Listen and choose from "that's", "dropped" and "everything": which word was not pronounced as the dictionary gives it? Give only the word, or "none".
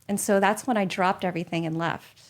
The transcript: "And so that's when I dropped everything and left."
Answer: none